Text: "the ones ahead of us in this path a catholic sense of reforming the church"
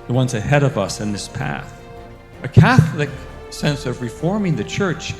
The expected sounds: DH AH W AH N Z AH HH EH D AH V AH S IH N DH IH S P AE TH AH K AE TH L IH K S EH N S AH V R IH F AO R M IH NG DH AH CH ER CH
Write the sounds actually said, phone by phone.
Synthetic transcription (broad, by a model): DH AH W AH N Z AH HH EH D AH V AH S IH N DH IH S P AE TH AH K AE TH L IH K S EH N S AH V R IH F AO R M IH NG DH AH CH ER CH